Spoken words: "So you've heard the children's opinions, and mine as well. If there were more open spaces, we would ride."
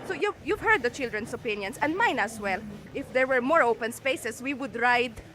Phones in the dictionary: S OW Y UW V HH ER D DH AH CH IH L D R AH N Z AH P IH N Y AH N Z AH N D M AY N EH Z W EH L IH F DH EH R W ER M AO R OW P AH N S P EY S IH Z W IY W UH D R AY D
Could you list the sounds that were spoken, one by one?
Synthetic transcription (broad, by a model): S OW Y UW V HH ER D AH CH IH L D R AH N S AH P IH N Y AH N S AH N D M AY N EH S W EH L IH F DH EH R W ER M AO R OW P AH N S P EY S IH S W IY W UH D R AY D